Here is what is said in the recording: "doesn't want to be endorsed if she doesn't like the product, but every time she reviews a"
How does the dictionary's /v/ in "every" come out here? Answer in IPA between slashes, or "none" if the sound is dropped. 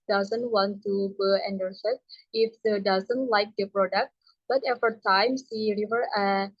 /f/